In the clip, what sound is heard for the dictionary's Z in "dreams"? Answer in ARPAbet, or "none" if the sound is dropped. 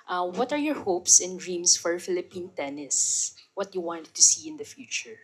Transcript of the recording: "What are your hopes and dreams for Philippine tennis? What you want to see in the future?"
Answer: S